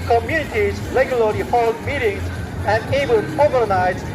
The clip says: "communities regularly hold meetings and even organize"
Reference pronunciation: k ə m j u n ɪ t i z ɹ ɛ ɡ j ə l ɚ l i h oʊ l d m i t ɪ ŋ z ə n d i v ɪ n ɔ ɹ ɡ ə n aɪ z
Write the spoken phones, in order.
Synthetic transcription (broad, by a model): k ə m j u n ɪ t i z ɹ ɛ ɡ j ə l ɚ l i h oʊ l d m i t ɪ ŋ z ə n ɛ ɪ b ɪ l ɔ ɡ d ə n aɪ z